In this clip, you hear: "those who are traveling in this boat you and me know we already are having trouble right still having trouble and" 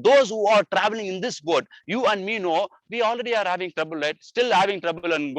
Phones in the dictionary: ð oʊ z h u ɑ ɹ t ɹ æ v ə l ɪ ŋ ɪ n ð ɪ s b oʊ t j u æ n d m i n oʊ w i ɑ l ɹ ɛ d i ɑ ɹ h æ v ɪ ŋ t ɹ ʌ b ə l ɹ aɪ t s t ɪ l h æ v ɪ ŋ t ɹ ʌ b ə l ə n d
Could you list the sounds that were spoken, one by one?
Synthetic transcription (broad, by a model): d oʊ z h u ɑ ɹ t ɹ æ v ə l ɪ ŋ ɪ n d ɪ s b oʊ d j u æ n d m i n oʊ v i ɑ l ɹ ɛ d i ɑ ɹ h æ v ɪ ŋ t ɹ ʌ b ə l ɹ aɪ t s t ɪ l h æ v ɪ ŋ t ɹ ʌ b ə l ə n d